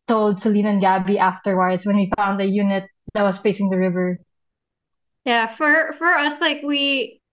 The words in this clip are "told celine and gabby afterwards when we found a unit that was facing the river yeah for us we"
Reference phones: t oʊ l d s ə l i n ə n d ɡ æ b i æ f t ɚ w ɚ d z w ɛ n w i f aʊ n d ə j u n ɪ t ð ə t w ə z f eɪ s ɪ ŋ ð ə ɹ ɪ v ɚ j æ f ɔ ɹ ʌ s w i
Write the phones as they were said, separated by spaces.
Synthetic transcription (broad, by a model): t oʊ l d s ə l i n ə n ɡ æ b i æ f t ɚ w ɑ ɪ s w ɛ n w i f aʊ n d ə j u n ɪ t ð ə t w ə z f eɪ s ɪ ŋ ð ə ɹ ɪ v ɚ j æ f ɔ ɹ ʌ s w i